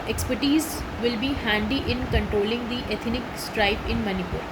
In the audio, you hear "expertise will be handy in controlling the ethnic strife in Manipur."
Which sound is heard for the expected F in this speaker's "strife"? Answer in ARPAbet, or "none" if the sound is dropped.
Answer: P